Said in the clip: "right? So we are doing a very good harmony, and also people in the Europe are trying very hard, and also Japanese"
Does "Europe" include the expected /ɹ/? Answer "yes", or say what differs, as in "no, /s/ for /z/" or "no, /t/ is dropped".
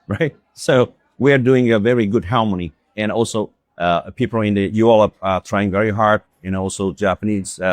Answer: no, /ɹ/ is dropped